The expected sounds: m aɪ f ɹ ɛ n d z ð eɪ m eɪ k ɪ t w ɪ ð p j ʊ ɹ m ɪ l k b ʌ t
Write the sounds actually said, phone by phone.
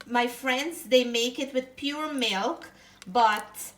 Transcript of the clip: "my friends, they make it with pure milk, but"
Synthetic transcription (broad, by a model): m aɪ f ɹ ɛ n d z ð eɪ m eɪ k ɪ t w ɪ ð p j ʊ ɹ m ɪ l k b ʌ t